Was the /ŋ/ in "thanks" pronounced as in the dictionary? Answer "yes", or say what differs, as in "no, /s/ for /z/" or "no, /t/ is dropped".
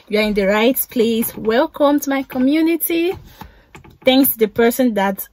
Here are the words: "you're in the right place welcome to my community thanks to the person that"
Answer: yes